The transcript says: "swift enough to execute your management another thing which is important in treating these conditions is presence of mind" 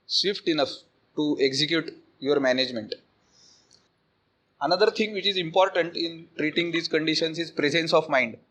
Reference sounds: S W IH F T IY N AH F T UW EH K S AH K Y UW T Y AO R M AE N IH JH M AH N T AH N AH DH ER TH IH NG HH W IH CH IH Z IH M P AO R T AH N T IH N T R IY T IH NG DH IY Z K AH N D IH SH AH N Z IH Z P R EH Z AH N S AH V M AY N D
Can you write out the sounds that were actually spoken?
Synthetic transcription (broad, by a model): S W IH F T IY N AH F T UW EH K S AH K Y UW T Y AO R M AE N IH JH M AH N T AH N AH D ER T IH NG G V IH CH IH Z IH M P AO R T AH N T IH N T R IY T IH NG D IY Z K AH N D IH SH AH N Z IH Z P R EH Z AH N S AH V M AY N D